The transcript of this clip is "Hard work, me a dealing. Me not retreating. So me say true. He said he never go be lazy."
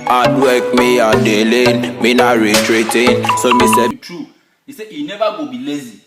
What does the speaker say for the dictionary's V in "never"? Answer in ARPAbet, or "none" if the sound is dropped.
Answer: B